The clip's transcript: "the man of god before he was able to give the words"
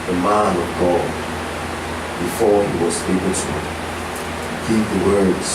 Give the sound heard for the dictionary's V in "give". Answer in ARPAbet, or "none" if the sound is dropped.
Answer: P